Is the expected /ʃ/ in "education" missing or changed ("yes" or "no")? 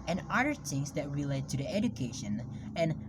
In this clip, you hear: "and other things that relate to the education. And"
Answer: no